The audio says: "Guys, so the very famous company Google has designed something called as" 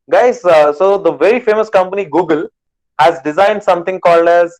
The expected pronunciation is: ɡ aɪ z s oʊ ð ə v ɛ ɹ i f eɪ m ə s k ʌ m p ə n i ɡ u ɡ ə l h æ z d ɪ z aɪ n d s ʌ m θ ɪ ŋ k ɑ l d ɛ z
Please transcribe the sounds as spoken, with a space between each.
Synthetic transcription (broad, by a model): ɡ aɪ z s oʊ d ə v ɛ ɹ i f eɪ m ə s k ʌ m p ə n i ɡ u ɡ ə l h æ z d ɪ z aɪ n d s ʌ m t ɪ ŋ k ɑ l d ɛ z